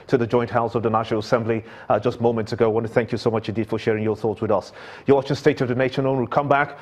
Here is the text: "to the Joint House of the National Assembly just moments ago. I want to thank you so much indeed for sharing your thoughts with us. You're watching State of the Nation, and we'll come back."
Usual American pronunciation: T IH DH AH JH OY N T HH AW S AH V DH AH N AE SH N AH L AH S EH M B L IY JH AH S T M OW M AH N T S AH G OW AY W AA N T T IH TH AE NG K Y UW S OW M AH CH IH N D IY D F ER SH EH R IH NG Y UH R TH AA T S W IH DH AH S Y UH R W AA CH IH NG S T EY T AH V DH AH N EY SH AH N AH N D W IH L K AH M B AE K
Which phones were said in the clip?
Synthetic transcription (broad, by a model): T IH DH AH JH OY N T HH AW S AH V DH AH N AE SH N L AH S EH M B L IY JH AH S T M OW M AH N T S AH G OW AY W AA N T T IH TH AE NG K Y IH S OW M AH CH IH N D IY D F ER SH EH R IH NG Y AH R TH AA T S W IH DH AH S Y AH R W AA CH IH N S T EY T AH V DH AH N EY SH AH N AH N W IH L K AH M B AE K